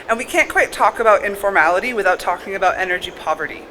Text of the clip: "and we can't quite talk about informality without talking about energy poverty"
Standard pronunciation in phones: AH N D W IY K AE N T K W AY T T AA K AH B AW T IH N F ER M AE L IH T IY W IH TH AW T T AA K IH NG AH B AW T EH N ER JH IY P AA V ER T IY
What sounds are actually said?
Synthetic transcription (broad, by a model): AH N W IY K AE N K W AY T T AA K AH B AW T IH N F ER M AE L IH T IY W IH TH AW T T AA K IH NG AH B AW T EH N ER JH IY P AA V ER T IY